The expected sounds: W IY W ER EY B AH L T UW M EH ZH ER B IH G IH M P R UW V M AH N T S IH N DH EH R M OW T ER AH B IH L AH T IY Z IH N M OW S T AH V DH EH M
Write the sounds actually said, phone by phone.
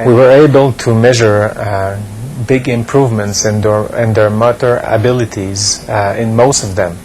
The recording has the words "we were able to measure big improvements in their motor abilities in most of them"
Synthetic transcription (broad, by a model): W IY W ER EY B AH L T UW M EH ZH ER B IH G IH M P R UW V M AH N T S IH N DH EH R M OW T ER AH B IH L AH T IY Z IH N M OW S T AH V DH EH M